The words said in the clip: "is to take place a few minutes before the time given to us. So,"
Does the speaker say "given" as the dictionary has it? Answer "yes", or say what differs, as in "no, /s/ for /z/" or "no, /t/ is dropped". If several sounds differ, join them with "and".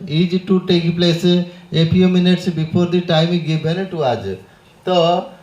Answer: no, /b/ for /v/